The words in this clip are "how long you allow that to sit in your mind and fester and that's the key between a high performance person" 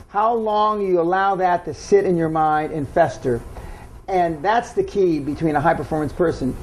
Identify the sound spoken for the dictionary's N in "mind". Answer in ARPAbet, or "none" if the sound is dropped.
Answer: N